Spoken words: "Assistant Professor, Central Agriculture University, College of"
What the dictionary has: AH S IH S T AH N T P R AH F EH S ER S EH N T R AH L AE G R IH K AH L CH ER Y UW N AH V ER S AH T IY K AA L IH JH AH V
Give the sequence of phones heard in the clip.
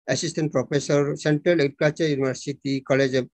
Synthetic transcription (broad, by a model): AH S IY S T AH N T P R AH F EH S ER S EH N T R AH L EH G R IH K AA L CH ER Y UW N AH B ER S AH T IY K AA L IH JH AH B